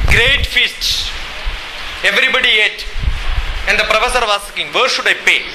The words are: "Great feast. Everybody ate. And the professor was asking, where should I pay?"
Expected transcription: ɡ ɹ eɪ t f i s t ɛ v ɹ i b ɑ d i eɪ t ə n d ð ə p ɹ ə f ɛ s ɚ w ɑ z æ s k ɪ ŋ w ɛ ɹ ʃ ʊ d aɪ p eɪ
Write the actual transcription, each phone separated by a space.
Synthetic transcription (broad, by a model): ɡ ɹ eɪ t f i s t ɛ v ɹ i b ɑ d i eɪ t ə n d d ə p ɹ ə f ɛ s ɚ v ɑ s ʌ k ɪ ŋ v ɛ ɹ ʃ ʊ d aɪ p eɪ